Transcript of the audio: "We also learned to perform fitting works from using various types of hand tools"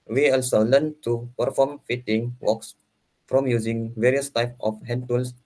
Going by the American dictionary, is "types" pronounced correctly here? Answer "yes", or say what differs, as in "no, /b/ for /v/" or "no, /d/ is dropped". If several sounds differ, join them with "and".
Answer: no, /s/ is dropped